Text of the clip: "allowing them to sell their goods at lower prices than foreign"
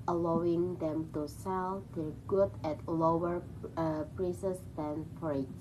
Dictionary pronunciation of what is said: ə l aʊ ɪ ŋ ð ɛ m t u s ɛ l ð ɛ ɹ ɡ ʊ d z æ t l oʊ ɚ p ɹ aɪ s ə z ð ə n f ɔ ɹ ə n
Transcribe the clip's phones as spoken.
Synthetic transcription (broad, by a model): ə l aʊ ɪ ŋ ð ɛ m t u s ɛ l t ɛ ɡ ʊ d æ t l oʊ ɚ p ɹ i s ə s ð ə n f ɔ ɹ